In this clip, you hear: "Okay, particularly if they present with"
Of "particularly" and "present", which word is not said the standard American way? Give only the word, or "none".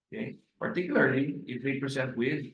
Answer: present